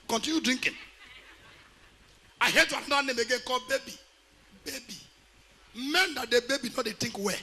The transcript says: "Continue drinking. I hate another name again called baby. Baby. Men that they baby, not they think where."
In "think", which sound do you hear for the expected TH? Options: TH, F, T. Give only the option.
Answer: T